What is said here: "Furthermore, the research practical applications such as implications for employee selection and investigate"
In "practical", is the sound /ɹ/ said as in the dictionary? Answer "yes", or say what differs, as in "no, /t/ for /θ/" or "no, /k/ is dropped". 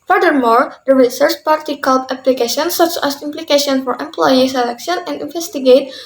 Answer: no, /ɹ/ is dropped